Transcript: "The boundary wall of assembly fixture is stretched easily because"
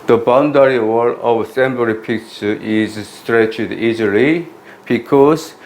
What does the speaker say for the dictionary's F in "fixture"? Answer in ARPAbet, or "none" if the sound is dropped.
P